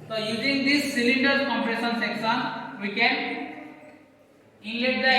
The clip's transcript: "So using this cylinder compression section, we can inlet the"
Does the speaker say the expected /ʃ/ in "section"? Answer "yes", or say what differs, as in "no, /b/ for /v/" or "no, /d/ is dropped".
no, /s/ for /ʃ/